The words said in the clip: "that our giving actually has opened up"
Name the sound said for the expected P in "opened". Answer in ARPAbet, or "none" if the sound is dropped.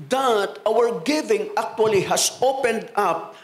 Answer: P